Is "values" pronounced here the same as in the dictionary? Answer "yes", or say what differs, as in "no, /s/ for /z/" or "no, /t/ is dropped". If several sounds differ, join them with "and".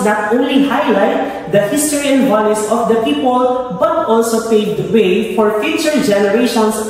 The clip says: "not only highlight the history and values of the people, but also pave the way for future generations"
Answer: no, /s/ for /z/